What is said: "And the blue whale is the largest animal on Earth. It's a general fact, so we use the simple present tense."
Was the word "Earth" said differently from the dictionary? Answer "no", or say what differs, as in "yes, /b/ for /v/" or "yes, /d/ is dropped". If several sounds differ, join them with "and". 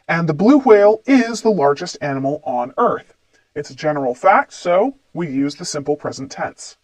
no